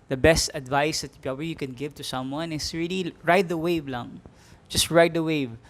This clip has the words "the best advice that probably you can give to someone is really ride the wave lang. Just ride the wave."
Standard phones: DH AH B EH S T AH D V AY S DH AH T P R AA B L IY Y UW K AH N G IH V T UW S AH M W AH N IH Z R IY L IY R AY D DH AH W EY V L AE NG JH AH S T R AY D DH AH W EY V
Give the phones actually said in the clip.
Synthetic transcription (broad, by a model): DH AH B EH S T AH D V AY S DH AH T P AA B IY Y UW K AH N G IH V T UW S AH M W AH N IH S R IY L IY R AY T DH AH W EY V L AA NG JH AH S T R AY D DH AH W EY V